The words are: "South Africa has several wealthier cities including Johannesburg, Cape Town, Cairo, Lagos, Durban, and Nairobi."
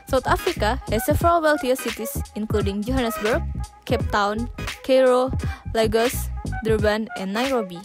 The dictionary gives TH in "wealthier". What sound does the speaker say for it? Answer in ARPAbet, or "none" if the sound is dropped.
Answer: T